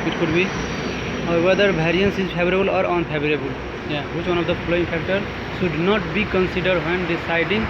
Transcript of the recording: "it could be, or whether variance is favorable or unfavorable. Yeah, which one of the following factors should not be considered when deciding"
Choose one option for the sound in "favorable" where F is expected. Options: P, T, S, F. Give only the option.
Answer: P